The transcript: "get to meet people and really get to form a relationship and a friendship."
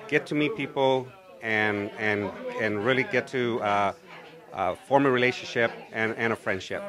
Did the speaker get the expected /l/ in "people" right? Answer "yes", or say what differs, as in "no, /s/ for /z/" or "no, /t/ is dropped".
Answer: no, /n/ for /l/